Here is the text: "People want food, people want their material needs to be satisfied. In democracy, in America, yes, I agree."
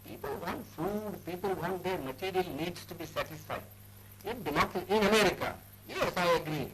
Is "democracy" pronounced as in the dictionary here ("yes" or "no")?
no